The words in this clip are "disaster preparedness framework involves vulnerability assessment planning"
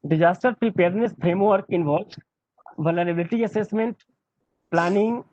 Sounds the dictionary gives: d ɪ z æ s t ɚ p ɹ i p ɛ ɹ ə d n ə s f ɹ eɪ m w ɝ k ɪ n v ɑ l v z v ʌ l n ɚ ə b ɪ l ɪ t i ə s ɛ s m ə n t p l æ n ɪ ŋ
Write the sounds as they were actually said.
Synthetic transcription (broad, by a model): d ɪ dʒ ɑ s t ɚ p ɹ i p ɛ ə d n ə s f ɹ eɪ m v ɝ k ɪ n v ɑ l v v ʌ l ɚ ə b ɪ l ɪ t i ə s ɛ s m ə n t p l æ n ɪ ŋ